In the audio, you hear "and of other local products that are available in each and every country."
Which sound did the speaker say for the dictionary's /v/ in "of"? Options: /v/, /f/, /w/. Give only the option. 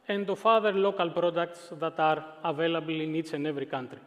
/f/